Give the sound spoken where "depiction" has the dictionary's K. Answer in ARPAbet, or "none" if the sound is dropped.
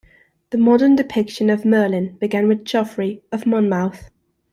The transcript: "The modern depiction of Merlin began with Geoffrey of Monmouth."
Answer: K